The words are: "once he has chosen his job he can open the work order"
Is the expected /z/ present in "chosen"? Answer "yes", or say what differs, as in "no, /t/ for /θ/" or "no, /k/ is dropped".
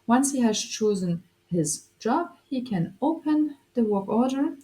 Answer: yes